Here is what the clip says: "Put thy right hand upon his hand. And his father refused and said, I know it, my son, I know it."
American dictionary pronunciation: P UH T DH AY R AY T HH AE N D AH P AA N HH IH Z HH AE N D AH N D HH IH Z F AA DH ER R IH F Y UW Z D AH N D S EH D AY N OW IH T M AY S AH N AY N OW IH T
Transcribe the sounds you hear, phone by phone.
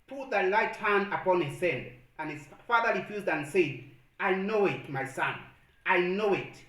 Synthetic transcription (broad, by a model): P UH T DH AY L AY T HH AE N D AH P AA N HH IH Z HH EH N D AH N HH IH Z F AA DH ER R IH F Y UW Z D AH N S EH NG AY N OW IH T M AY S AH N AY N OW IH T